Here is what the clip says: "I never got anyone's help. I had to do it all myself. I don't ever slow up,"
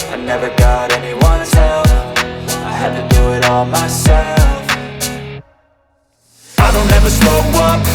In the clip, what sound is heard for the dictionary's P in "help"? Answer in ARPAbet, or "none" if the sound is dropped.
F